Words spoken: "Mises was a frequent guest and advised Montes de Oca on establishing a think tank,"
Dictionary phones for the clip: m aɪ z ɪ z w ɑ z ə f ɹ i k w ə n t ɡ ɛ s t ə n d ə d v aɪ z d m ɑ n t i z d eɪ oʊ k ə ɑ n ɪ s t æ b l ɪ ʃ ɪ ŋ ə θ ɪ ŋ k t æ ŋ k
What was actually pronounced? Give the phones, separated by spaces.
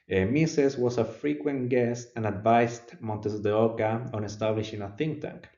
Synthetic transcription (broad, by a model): m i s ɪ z w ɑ s ə f ɹ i k w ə n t ɡ ɛ s t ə n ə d v aɪ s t m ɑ n t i s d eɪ oʊ k ə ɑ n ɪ s t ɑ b l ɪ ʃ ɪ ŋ ə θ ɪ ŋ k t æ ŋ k